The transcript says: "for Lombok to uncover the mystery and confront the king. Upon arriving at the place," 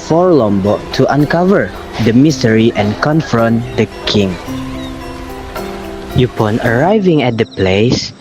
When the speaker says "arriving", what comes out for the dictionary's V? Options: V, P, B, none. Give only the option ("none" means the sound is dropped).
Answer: V